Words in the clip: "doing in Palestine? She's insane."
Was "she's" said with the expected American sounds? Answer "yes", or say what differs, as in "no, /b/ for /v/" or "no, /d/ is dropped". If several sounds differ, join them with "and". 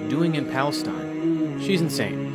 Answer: yes